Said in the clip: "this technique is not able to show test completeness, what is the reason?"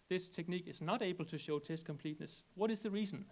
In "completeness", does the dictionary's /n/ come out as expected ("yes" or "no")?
yes